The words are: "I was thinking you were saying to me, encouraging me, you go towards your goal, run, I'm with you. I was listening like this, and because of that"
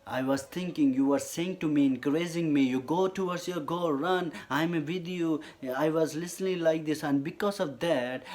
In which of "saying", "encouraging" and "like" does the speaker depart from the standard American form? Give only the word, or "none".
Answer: encouraging